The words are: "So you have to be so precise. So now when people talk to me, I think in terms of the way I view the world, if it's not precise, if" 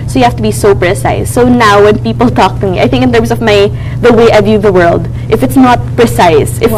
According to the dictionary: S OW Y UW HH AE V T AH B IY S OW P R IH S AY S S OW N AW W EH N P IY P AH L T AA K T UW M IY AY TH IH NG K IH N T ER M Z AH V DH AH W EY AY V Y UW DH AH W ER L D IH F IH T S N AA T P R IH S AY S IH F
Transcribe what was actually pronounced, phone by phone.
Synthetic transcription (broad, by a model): S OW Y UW HH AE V T AH B IY S OW P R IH S AY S S OW N AW W EH N P IY P AH L T AA K T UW M IY AY TH IH NG K IH N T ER M S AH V DH AH W EY AY V Y UW DH AH W ER L D IH F IH T S N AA T P R IH S AY S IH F